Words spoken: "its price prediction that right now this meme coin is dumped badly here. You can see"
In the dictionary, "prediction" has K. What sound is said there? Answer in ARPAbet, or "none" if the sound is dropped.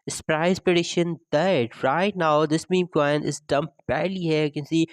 none